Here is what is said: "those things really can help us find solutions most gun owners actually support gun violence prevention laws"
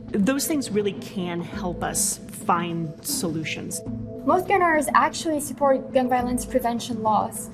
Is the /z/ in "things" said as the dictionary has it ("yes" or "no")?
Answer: yes